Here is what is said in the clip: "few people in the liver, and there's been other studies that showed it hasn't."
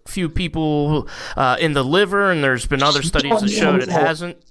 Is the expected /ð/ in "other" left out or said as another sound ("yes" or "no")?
no